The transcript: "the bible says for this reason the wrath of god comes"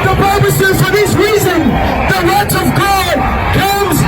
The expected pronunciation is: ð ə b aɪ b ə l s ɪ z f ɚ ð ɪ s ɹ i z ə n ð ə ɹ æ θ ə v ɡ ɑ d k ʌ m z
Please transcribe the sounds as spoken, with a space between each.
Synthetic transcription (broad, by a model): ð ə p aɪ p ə s ɪ z f ɚ ð ɪ s ɹ i z ə n ð ə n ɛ t ə v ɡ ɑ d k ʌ m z